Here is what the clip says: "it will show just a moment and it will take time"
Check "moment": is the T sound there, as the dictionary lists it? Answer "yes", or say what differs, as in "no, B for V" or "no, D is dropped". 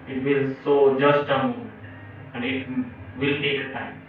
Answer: no, T is dropped